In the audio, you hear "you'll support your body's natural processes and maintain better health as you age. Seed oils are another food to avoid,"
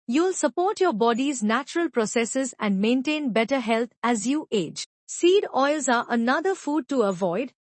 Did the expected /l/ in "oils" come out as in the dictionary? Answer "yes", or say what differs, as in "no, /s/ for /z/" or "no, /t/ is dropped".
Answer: yes